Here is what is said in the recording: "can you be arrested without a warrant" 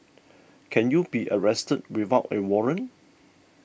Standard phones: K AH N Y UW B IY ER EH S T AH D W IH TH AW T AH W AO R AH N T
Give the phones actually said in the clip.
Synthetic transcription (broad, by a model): K AH N Y UW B IY ER EH S T AH D W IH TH AW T AH W AO R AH N